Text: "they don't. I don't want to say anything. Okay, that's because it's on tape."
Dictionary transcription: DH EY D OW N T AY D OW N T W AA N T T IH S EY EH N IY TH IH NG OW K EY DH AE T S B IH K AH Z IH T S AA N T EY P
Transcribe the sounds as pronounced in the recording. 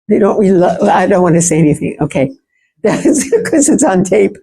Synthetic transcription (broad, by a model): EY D OW N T AY D OW N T W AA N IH S EY EH N IY TH IH NG OW K EY DH AE T S K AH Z IH T S N T EY P